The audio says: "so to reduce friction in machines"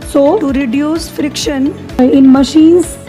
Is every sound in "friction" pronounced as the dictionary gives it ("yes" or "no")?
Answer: yes